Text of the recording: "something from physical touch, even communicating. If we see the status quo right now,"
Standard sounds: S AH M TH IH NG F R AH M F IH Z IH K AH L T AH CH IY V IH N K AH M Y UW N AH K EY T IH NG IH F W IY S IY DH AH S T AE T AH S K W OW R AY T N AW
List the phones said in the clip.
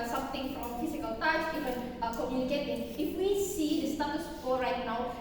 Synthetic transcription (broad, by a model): S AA M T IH NG F R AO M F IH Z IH K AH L T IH S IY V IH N K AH M Y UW N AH K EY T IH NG IH F W IY S IY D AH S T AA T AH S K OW R AY T N AW